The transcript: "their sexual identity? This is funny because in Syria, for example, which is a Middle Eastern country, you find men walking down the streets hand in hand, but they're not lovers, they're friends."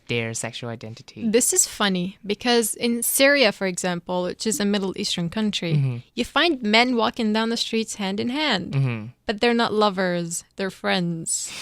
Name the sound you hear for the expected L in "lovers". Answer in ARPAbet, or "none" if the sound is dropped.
L